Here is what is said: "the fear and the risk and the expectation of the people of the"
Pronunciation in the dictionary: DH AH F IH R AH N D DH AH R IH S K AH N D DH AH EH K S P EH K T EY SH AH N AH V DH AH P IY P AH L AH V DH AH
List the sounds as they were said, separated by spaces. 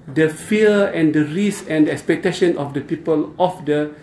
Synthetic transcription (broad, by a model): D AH F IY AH AH N D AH R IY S AH N D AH EH K S P EH K T EY SH AH N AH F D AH P IY P AH L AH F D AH